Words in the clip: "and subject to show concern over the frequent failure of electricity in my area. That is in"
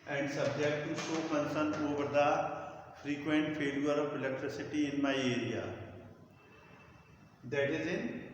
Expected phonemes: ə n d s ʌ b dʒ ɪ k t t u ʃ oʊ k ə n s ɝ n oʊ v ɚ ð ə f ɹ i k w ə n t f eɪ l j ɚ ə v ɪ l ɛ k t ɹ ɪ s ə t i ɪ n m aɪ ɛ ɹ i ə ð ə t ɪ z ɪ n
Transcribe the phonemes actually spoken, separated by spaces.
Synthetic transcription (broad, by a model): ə n d s ʌ b dʒ ɪ k t t u s oʊ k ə n s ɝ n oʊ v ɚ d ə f ɹ i k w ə n t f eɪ l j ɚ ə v ɪ l ɛ k t ɹ ɪ s ə t i ɪ n m aɪ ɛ ɹ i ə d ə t ɪ z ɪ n